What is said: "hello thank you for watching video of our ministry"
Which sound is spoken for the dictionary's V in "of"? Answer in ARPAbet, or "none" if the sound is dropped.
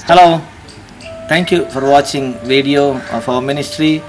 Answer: F